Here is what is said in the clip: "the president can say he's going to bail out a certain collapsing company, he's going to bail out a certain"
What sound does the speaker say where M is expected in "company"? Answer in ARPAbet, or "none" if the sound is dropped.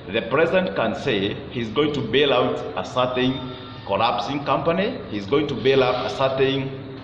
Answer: M